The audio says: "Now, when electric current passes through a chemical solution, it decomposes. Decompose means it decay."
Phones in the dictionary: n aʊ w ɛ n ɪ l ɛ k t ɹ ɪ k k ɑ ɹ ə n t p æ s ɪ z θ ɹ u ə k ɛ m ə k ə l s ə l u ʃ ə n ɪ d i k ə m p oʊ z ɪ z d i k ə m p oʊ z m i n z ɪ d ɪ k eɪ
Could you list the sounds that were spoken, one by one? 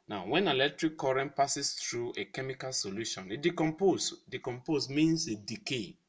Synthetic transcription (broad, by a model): n aʊ w ɛ n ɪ l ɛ k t ɹ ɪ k k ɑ ɹ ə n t p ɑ s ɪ s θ ɹ u ə k ɛ m ə k ə l s ə l u ʃ ə n ɪ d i k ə m p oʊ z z d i k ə m p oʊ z m i n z ɪ d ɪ k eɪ